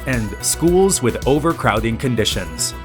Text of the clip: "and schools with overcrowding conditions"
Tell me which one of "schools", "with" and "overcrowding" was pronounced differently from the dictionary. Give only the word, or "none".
none